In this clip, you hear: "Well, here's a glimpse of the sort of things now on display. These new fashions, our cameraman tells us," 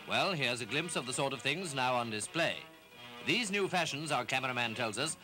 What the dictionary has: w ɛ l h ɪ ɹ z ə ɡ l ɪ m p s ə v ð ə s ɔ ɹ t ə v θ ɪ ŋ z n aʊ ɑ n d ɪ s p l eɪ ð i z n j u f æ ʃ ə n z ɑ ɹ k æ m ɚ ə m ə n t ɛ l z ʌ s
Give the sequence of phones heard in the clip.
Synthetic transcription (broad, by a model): w ɛ l h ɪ ɹ z ə ɡ l ɪ m p s ə v ð ə s ɔ ɹ t ə v θ ɪ ŋ z n aʊ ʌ n d ɪ s p l eɪ ð i z n j u f æ ʃ ə n z ɑ ɹ k æ m ɚ ə m ə n t ɛ l z ʌ s